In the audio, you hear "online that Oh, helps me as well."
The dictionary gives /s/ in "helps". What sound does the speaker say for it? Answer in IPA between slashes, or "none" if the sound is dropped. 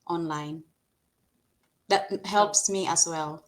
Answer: /s/